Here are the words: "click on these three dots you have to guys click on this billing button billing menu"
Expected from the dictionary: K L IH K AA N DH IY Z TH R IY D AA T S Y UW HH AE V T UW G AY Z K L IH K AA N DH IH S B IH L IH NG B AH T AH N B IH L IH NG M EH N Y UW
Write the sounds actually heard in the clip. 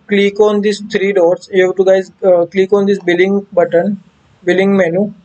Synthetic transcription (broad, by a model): K L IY K AA N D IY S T R IY D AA T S Y UW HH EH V T UW G AY Z K L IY K AA N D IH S B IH L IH NG B AH T AH N B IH L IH NG M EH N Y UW